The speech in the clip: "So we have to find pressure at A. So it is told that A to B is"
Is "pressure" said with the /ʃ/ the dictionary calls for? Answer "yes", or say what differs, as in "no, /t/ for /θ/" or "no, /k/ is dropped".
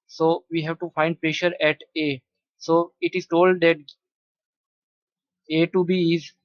yes